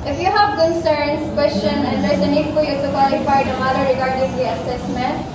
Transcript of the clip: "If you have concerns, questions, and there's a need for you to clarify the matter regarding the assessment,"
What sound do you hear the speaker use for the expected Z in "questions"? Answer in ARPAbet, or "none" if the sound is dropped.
none